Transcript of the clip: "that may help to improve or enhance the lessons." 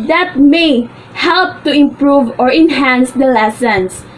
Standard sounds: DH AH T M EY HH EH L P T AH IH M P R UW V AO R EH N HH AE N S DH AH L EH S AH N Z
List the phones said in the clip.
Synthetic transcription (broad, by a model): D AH T M EY HH EH L P T AH IH M P R UW V AO R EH N HH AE N S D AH L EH S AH N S